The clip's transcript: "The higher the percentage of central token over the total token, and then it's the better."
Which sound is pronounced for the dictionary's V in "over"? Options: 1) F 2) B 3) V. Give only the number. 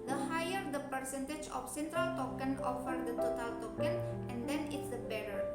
1